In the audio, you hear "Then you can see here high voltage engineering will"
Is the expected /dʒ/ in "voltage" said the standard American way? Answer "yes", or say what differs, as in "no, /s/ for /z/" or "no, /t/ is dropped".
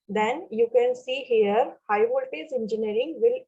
no, /z/ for /dʒ/